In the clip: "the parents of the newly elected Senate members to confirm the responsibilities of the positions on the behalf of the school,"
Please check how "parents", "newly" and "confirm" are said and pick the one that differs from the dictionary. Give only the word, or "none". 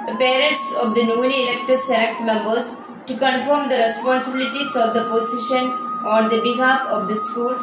newly